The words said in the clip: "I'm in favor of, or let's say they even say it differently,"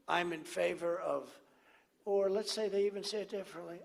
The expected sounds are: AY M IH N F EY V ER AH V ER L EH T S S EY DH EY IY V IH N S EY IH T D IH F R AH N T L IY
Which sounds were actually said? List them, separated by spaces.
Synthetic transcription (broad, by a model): AY M IH N F EY V ER AH V ER L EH T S S EY DH EY IY V IH N S EY IH T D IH F R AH N T L IY